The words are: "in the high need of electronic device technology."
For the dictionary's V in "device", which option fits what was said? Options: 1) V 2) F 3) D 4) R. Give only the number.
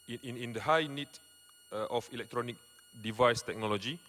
1